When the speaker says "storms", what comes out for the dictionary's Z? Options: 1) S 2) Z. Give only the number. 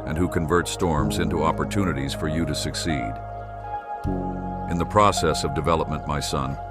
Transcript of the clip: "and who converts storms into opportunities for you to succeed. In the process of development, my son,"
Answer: 2